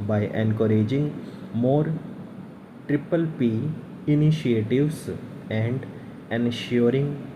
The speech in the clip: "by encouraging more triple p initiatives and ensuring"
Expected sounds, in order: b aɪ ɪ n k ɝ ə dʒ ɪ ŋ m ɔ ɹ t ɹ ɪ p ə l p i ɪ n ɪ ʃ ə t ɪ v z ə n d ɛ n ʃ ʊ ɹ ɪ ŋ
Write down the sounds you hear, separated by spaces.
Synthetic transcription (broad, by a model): b aɪ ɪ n k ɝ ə dʒ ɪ ŋ m ɔ ɹ t ɹ ɪ p ə l p i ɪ n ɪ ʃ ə t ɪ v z ə n d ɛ n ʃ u ɹ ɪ ŋ